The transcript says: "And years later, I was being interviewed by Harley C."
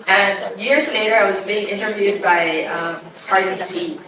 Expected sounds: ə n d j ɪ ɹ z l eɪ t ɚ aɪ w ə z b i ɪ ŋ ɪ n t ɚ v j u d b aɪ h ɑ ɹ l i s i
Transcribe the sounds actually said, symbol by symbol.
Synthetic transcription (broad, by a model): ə n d j ɪ ɹ z l eɪ t ɚ aɪ w ə z b i ɪ ŋ ɪ n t ɚ v j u d b aɪ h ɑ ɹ i s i